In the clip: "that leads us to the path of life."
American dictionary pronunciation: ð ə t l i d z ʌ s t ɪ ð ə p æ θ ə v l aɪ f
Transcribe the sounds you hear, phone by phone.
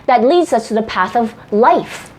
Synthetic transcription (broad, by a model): ð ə t l i d z ʌ s t ɪ ð ə p æ θ ə v l aɪ f